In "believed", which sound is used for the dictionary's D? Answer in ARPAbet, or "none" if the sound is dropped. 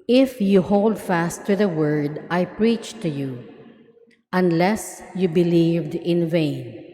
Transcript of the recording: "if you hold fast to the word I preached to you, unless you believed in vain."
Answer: D